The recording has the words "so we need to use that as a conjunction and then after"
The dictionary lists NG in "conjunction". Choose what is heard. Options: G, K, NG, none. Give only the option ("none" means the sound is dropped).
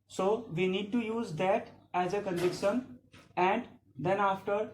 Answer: none